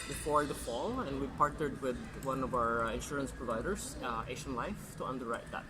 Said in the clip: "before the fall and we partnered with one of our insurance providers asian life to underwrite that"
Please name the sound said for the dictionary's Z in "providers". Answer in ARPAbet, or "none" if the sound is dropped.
S